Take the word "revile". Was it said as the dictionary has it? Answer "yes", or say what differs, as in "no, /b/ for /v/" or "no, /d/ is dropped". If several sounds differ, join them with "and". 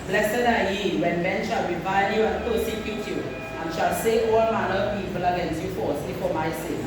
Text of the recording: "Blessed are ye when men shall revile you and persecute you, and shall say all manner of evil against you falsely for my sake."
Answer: no, /w/ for /ɹ/ and /b/ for /v/